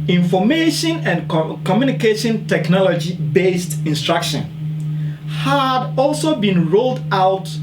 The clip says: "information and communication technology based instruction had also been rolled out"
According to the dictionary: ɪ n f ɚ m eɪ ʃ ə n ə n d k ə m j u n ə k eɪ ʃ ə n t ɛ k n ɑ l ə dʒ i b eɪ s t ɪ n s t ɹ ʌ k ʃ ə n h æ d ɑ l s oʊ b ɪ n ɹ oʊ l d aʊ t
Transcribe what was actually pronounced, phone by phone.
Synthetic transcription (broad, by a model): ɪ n f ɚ m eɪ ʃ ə n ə n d k ə m j u n ə k eɪ ʃ ə n t ɛ k n ɑ l ə dʒ i b eɪ s t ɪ n s t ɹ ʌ k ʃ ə n h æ d ɑ l s oʊ b ɪ n ɹ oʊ l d aʊ t